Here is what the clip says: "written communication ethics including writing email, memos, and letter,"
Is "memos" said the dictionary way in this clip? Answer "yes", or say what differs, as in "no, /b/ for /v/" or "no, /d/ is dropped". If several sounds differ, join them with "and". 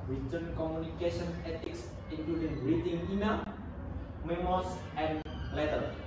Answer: no, /s/ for /z/